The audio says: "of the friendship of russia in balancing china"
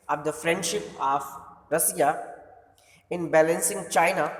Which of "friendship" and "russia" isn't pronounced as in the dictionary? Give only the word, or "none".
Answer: russia